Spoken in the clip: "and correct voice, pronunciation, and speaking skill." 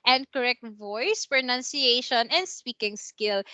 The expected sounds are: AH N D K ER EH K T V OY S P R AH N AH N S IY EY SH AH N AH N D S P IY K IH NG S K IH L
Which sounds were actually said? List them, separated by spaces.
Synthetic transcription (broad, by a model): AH N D K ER EH K T V OY S P R AH N AH N S IY EY SH AH N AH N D S P IY K IH NG S K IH L